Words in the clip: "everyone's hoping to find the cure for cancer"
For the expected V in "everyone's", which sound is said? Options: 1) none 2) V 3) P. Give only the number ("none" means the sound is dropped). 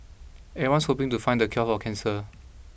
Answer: 1